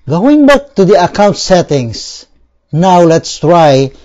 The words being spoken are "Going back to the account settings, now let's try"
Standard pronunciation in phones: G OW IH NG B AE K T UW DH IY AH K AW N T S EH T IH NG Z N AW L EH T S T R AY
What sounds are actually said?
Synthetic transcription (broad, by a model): G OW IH NG B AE K T UW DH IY AH K AW N T S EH T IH NG S N AW L EH T S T R AY